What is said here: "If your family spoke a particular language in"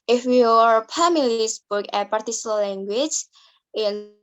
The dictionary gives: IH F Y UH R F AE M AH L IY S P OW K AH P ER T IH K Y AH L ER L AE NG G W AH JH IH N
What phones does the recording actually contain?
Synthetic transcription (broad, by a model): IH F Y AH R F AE M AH L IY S B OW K AH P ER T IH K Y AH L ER L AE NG G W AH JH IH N